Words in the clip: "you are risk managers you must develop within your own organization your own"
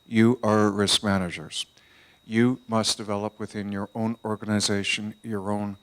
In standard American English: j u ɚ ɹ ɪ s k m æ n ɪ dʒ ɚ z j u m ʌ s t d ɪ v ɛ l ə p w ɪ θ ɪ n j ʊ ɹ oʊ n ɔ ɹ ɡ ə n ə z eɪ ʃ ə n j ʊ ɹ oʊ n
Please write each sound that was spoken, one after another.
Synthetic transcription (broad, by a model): j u ɚ ɹ ɪ s k m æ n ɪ dʒ ɚ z j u m ʌ s d ɪ v ɛ l ə p w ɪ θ ɪ n j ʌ ɹ oʊ n ɔ ɹ ɡ ə n ə z eɪ ʃ ə n j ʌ ɹ oʊ n